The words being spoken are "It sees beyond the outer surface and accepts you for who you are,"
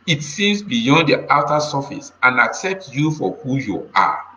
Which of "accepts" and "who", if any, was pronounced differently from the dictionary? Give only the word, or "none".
none